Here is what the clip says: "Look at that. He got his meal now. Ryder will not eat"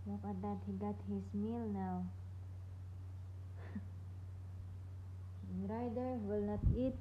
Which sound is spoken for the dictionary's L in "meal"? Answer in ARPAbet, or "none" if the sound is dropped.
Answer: L